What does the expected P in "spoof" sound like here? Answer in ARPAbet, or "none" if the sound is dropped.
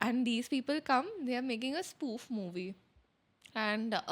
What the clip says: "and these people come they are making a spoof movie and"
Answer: P